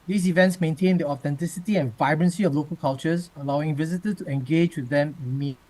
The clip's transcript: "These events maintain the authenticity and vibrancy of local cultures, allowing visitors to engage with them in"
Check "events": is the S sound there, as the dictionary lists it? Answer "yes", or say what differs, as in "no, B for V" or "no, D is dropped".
yes